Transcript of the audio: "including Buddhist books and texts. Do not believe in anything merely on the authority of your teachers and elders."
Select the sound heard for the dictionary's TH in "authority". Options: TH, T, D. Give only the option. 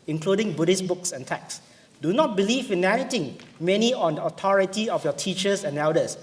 T